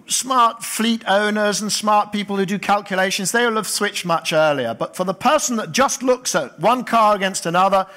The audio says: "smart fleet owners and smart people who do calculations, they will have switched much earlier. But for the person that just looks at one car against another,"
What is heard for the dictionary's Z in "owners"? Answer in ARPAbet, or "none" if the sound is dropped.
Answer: Z